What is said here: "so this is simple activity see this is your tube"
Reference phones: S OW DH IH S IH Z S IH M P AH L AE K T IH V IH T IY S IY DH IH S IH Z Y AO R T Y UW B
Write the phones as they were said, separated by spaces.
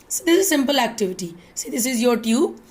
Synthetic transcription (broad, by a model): S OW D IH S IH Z S IH M P AH L AE K T IH V IH T IY S IY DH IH S IH Z Y AO R T Y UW